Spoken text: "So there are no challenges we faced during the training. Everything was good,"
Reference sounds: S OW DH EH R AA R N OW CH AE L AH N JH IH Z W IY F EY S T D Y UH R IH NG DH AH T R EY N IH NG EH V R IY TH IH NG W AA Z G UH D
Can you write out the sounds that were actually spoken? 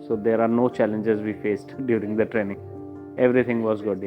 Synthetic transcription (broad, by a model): S OW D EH R AA R N OW CH AE L AH N JH IH Z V IY F EY S T D Y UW R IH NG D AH T R EY N IH NG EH V R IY T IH NG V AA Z G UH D